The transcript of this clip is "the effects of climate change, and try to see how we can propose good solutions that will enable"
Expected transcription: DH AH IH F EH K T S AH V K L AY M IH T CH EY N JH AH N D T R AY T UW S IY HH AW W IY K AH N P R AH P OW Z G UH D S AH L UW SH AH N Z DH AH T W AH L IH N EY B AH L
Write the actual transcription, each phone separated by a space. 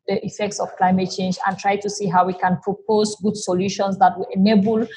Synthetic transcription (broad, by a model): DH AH IH F EH K T S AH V K L AY M IH T CH EY N JH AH N T R AY T UW S IY HH AW W IY K AH N P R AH P OW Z G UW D S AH L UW SH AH N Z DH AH T W AH L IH N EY B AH L